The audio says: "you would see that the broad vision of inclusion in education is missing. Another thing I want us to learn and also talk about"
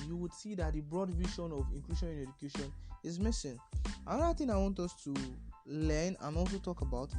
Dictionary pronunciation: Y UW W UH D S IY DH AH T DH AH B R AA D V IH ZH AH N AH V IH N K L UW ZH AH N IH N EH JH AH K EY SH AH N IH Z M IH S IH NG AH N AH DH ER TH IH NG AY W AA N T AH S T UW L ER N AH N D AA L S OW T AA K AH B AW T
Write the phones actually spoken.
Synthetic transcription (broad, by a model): Y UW W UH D S IY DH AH T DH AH B R AA D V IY SH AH N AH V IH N K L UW SH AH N IH N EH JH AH K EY SH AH N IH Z M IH S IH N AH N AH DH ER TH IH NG AY W AA N T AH S T UW L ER N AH N AA L S OW T AA K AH B AW T